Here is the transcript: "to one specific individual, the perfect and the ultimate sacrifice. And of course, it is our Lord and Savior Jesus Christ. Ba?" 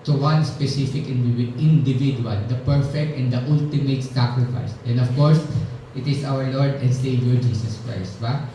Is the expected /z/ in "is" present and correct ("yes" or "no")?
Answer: no